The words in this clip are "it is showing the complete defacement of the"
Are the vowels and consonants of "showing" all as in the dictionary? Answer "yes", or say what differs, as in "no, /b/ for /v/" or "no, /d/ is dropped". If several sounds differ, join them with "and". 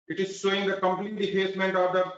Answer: no, /s/ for /ʃ/